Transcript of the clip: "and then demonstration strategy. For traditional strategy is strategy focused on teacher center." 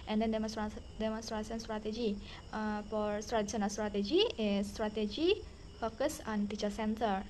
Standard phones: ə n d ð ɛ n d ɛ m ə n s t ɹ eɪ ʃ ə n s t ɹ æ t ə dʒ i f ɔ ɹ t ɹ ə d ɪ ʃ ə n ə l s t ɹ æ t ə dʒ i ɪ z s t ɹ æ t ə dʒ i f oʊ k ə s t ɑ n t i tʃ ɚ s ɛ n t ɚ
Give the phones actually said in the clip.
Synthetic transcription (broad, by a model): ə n d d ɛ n d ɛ m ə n s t ɹ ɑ s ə n s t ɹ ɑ t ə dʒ i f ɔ ɹ t ɹ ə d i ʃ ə n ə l s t ɹ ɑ t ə dʒ i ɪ s t ɹ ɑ t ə dʒ i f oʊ k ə s ɑ n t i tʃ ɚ s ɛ n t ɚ